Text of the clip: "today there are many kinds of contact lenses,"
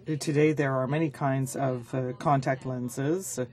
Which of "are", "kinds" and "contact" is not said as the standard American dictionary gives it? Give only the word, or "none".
none